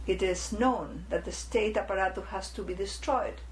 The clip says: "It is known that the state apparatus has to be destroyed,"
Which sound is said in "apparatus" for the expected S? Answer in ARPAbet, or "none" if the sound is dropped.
none